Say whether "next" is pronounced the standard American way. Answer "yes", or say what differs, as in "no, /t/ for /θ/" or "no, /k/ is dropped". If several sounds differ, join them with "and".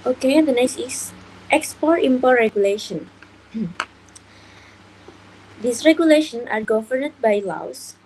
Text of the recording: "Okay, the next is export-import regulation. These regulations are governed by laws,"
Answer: no, /k/ is dropped